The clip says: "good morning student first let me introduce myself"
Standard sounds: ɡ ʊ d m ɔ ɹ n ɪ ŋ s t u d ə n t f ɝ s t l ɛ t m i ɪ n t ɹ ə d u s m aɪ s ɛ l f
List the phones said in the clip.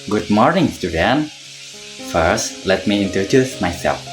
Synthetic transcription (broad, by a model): ɡ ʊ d m ɔ ɹ n ɪ ŋ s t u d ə n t f ɝ s t l ɛ t m i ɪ n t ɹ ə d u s m aɪ s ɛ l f